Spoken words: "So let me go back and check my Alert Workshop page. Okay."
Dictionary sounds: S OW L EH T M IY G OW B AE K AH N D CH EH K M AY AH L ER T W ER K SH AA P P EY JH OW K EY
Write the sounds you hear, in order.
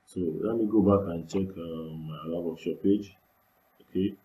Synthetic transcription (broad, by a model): S OW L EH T M IY G OW B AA K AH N CH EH K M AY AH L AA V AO SH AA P P EY JH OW K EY